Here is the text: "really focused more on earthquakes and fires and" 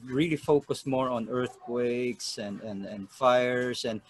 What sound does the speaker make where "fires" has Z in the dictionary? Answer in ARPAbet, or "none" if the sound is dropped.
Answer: S